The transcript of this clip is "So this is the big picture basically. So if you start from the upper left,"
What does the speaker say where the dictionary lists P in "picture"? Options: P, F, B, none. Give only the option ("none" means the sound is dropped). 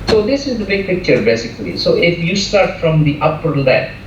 P